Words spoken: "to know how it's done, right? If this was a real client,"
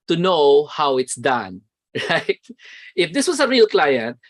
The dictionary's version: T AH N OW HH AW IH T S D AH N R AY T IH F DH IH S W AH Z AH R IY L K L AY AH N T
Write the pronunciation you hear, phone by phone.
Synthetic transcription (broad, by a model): T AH N OW HH AW IH T S D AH N R AY T IH F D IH S W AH S AH R IY L K L AY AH N T